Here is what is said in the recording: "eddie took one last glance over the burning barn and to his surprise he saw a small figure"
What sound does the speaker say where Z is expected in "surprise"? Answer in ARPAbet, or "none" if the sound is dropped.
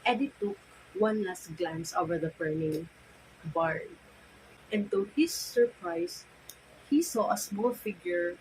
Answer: S